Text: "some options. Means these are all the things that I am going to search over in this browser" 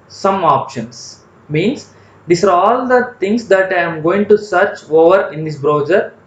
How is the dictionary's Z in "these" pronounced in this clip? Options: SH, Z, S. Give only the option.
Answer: S